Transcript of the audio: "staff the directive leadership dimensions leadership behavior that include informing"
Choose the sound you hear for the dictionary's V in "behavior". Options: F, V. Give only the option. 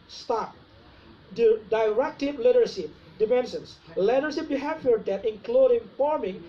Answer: F